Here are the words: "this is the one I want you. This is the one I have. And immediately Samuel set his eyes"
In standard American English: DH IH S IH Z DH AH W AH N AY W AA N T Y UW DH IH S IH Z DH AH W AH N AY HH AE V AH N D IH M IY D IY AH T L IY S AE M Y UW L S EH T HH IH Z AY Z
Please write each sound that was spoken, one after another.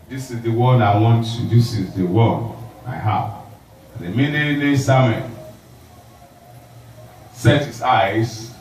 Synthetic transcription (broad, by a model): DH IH S IH Z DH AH W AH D AY W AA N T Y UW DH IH S IH Z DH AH W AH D AY HH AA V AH N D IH M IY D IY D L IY S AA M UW N S EH T HH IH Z AY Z